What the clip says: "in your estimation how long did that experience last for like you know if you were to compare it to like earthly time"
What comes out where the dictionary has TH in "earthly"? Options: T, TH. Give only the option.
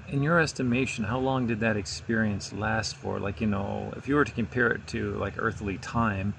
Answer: TH